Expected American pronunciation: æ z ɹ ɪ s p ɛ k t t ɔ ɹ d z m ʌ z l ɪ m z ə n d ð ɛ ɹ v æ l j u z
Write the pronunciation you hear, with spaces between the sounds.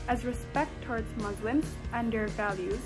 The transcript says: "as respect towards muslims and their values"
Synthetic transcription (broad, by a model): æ z ɹ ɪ s p ɛ k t t ɔ ɹ d z m ʌ z l ɪ m z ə n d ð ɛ ɹ v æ l j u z